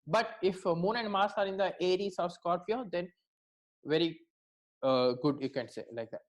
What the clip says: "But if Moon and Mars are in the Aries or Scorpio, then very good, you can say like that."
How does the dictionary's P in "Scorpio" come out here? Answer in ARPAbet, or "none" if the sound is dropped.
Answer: F